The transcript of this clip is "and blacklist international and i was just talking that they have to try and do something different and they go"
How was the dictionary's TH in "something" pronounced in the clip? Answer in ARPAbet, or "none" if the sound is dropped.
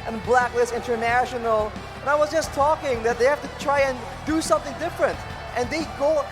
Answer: TH